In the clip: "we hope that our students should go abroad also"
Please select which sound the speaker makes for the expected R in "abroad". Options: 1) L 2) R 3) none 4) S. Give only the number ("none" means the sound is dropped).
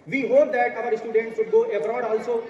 2